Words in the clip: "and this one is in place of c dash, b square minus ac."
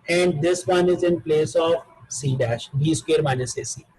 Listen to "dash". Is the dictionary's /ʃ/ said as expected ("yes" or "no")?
yes